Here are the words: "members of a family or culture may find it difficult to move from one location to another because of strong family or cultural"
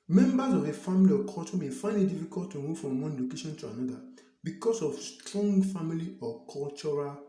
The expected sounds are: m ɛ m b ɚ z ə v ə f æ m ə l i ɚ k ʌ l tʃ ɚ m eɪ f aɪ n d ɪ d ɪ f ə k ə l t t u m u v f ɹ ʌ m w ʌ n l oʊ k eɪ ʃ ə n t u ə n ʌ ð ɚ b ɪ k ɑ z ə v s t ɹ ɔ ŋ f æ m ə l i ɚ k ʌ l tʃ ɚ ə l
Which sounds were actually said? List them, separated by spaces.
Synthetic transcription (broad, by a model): m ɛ m b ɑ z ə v ə f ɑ m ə l i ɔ k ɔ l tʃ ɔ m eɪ f aɪ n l ɪ d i f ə k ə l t t u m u f ɹ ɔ m w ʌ n l oʊ k eɪ ʃ ə n t u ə n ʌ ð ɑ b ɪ k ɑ s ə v s t ɹ ɔ ŋ f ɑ m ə l i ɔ k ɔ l tʃ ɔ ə l